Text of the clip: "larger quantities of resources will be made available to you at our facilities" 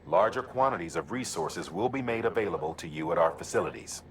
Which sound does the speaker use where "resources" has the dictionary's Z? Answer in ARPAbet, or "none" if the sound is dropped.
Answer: Z